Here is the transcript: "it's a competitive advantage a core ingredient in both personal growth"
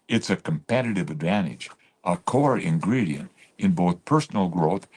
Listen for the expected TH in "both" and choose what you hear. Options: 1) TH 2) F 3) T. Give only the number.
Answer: 1